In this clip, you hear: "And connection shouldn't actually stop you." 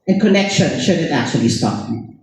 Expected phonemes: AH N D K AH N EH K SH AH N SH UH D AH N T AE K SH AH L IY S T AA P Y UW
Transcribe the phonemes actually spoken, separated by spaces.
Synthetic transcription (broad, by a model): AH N K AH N EH K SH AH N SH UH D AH T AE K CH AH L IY S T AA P